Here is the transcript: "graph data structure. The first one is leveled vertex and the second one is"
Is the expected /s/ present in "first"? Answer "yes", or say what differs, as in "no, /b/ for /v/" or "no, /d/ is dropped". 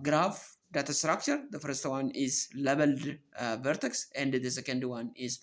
yes